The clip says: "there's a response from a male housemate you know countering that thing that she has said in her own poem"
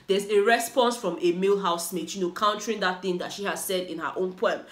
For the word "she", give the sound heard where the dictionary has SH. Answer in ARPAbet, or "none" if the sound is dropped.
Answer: SH